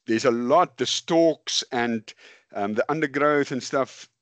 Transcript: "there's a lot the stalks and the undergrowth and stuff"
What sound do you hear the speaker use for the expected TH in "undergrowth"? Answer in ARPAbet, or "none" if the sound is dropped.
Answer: TH